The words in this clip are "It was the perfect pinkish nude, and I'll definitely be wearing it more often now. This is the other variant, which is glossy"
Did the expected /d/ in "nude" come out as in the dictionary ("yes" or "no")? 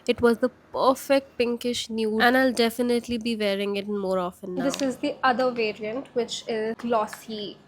no